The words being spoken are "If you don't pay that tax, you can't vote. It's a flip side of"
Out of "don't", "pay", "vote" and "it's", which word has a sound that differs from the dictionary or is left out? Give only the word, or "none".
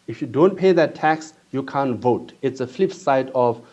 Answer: none